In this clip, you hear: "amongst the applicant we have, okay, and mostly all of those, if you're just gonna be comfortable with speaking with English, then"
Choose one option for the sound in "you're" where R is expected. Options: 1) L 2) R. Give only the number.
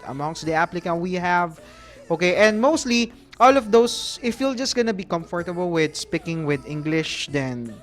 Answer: 1